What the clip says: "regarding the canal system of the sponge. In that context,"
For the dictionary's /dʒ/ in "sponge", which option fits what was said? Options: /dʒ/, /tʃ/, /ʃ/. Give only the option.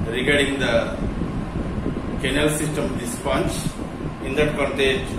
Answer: /tʃ/